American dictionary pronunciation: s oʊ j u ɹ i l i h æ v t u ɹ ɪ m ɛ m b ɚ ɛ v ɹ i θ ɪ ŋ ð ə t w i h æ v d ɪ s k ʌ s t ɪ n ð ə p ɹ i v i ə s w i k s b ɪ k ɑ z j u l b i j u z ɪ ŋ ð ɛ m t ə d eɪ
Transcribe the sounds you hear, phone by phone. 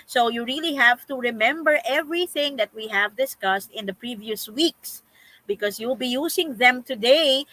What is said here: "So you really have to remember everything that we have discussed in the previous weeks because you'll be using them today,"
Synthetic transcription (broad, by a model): s oʊ j u ɹ i l i h æ v t u ɹ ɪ m ɛ m b ɚ ɛ v ɹ i θ ɪ ŋ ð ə t w i h æ v d ɪ s k ʌ s t ɪ n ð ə p ɹ i v i ə s w i k s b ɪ k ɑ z j u l b i j u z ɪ ŋ ð ɛ m t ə d eɪ